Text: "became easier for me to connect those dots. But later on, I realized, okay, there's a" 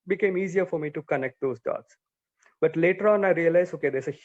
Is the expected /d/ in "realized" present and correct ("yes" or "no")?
no